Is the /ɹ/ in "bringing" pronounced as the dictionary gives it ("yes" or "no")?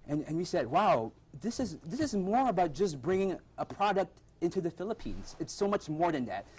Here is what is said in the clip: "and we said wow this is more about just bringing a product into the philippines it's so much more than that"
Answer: yes